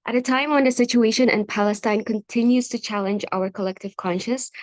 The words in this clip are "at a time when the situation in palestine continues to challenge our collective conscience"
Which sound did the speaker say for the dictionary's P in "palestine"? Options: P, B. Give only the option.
P